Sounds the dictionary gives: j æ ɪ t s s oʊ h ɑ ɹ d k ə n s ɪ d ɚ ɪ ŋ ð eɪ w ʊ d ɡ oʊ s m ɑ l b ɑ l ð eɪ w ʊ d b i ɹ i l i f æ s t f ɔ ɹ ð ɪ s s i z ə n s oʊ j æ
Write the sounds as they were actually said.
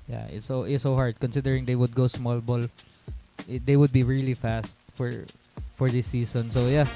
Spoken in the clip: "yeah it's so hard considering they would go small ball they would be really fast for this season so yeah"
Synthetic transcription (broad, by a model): j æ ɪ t s s oʊ h ɑ ɹ d k ə n s ɪ d ɚ ɪ ŋ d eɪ w ʊ d ɡ oʊ s m ɑ l b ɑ l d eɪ w ʊ d b i ɹ i l i f æ s t f ɔ ɹ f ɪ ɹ s i s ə n s oʊ j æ